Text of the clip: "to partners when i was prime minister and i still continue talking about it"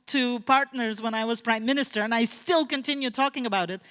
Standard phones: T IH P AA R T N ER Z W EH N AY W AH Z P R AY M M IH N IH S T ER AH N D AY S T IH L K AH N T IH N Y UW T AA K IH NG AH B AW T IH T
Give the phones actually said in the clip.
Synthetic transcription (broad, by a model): T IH P AA R T N ER Z W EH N AY W AH Z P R AY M M IH N IH S T ER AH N AY S T IH L K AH N T IH N Y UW T AA K IH NG AH B AW T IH T